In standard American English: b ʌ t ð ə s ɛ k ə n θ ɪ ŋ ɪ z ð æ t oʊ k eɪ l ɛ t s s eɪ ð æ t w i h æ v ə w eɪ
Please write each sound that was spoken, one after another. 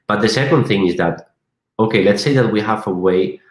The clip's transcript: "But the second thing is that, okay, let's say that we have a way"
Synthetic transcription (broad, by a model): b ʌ t ð ə s ɛ k ə n θ ɪ ŋ ɪ z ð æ t oʊ k eɪ l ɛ t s s eɪ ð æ t w i h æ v ə w eɪ